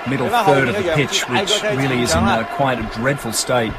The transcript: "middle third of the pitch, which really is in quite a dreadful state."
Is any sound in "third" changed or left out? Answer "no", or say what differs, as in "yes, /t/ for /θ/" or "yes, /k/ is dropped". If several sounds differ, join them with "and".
no